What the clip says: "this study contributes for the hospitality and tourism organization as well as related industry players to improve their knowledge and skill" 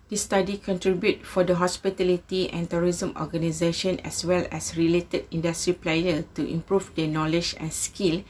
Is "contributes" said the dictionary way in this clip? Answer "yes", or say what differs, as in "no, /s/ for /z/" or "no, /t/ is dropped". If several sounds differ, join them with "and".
no, /s/ is dropped